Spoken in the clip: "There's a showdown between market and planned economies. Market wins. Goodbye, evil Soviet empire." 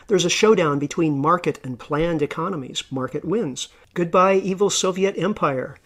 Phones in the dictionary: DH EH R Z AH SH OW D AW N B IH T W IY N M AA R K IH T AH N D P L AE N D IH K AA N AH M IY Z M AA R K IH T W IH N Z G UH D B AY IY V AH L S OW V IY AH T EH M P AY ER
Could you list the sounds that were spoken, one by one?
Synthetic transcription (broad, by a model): DH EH R Z AH SH OW D AW N B IH T W IY N M AA R K IH T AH N P L AE N D IH K AA N AH M IY Z M AA R K IH T W IH N Z G UH D B AY IY V L S OW V IY AH T EH M P AY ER